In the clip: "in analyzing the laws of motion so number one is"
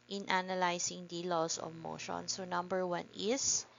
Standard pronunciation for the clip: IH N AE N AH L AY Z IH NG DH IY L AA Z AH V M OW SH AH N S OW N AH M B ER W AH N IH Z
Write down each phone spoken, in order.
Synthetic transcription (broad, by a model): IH N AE N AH L AY S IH NG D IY L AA S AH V M OW SH AH N S OW N AH M B ER W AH N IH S